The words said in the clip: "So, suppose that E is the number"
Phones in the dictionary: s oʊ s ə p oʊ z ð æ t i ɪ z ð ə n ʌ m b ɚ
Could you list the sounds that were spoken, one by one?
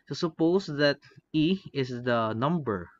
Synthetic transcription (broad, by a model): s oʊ s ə p oʊ s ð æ t i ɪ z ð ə n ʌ m b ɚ